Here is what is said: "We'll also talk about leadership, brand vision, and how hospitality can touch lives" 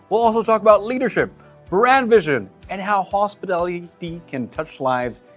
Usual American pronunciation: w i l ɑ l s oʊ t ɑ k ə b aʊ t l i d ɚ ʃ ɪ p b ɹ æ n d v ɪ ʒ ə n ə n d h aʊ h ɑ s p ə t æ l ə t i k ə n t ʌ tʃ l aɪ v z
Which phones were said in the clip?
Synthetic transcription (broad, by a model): w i l ɑ l s oʊ t ɑ k ə b aʊ t l i d ɚ ʃ ɪ p b ɹ æ n d v ɪ ʒ ə n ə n h aʊ h ɑ s p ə t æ l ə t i k ə n t ʌ tʃ l aɪ v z